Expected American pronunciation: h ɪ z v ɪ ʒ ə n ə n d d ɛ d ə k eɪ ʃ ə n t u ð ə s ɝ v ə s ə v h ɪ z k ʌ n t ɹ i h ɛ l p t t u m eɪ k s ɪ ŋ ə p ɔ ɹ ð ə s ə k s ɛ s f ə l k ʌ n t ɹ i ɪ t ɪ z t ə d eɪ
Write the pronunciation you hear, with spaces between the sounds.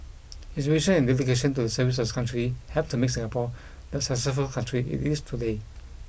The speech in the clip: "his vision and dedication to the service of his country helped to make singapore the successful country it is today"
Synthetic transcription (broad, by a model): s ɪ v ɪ ʃ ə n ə n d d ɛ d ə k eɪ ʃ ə n t u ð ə s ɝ v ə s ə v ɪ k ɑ n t ɹ i h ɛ p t t u m eɪ k s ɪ ŋ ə p ɔ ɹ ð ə s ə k s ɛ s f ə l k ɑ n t ɹ i ɪ t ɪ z t ə d eɪ